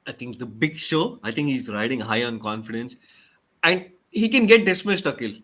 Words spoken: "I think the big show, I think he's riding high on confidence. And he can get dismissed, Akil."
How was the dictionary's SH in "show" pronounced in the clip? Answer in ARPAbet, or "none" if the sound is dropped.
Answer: SH